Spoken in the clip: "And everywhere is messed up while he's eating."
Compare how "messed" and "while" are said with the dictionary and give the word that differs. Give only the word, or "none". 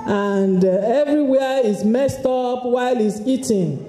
none